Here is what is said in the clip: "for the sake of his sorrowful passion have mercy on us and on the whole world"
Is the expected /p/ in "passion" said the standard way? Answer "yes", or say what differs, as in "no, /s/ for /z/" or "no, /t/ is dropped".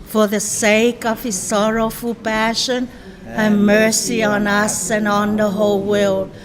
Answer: yes